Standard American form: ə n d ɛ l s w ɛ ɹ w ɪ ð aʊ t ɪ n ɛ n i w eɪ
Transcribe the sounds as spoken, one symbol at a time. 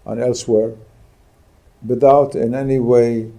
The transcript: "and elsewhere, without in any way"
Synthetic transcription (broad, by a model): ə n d ɛ l s w ɛ ɹ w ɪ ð aʊ t ɪ n ɛ n i w eɪ